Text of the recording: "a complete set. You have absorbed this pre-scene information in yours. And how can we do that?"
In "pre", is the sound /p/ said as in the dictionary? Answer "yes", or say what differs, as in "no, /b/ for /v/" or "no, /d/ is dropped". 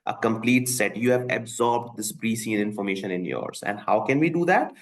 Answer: no, /b/ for /p/